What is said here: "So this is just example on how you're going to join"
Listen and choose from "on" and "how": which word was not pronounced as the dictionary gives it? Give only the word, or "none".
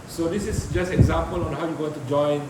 none